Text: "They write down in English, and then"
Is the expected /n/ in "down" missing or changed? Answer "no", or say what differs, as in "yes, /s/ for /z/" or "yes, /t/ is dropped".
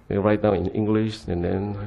yes, /n/ is dropped